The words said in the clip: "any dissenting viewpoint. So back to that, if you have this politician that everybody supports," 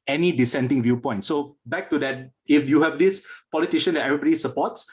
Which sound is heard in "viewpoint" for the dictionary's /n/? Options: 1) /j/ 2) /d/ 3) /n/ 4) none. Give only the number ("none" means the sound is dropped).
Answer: 3